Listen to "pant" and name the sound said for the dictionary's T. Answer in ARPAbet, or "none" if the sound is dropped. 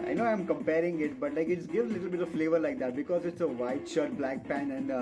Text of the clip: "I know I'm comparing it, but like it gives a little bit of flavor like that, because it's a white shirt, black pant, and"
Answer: none